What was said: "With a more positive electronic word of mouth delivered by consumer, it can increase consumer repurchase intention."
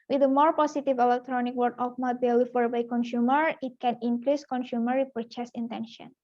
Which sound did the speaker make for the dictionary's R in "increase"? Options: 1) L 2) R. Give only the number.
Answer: 1